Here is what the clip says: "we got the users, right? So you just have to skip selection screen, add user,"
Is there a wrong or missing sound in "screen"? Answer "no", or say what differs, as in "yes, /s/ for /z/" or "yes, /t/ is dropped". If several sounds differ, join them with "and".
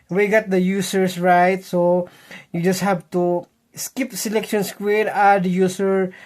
yes, /w/ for /ɹ/